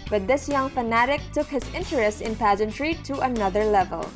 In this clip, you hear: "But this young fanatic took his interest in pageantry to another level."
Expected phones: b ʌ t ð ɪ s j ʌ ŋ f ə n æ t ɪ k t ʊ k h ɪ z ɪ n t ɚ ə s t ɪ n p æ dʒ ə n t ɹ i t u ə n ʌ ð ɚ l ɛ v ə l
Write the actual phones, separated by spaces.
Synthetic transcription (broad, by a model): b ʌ t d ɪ s j ʌ ŋ f ə n æ t ɪ k t ʊ k h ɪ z ɪ n t ɚ ə s t ɪ n p æ dʒ ə n t ɹ i t u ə n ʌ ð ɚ l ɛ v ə l